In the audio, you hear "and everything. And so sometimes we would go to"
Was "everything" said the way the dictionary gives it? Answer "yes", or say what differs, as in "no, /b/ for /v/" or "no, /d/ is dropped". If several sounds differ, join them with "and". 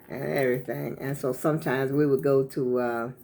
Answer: yes